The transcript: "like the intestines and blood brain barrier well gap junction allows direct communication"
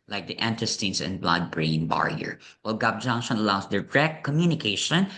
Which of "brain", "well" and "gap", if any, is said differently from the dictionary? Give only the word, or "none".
gap